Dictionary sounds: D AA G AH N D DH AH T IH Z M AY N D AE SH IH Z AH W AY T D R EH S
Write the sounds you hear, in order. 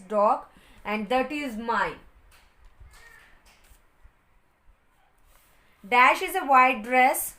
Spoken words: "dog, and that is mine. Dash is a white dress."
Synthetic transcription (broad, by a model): D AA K AH N D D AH T IH Z M AY N D AE SH IH Z AH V AY D R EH S